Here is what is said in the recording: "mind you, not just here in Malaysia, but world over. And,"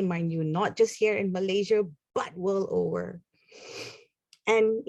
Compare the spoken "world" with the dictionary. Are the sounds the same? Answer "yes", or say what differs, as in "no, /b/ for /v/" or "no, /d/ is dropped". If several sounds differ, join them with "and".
no, /d/ is dropped